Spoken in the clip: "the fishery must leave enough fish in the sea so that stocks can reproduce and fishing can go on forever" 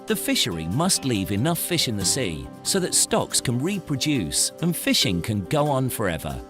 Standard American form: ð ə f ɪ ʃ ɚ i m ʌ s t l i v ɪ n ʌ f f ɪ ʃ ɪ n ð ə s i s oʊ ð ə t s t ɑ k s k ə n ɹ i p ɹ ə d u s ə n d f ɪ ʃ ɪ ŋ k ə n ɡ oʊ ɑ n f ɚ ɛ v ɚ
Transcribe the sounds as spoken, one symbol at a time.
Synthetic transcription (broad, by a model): ð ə f ɪ ʃ ɚ i m ʌ s t l i v ɪ n ʌ f f ɪ ʃ ɪ n ð ə s i s oʊ ð ə t s t ɑ k s k ə n ɹ i p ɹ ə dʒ u s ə n f ɪ ʃ ɪ ŋ k ə n ɡ oʊ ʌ n f ɚ ɛ v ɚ